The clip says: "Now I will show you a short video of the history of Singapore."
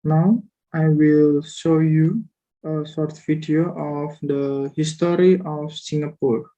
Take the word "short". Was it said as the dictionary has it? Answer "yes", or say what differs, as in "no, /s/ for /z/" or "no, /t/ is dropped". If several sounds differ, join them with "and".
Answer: no, /s/ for /ʃ/